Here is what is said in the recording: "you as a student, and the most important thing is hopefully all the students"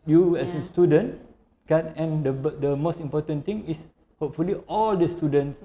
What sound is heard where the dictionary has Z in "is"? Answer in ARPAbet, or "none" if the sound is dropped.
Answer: S